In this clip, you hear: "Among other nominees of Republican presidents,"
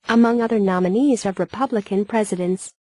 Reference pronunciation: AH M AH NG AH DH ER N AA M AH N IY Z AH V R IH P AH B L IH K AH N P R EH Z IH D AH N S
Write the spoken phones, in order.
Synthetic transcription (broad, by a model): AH M AH NG AH DH ER N AA M AH N IY Z AH V R IH P AH B L IH K AH N P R EH Z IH D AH N S